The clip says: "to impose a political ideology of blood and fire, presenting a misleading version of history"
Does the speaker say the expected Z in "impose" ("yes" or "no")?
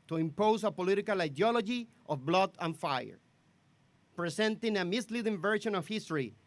no